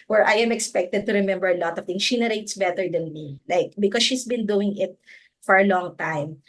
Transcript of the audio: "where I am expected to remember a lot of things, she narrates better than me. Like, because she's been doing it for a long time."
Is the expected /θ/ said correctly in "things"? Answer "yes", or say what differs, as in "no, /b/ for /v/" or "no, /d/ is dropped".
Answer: no, /t/ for /θ/